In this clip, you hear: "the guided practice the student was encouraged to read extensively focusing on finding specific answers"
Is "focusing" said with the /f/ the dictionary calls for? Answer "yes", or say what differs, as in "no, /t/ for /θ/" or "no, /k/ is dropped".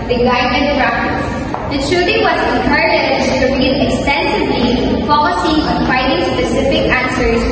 no, /p/ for /f/